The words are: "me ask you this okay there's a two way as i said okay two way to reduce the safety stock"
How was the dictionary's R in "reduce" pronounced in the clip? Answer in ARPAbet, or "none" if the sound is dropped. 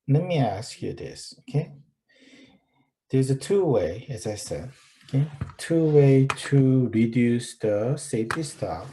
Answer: R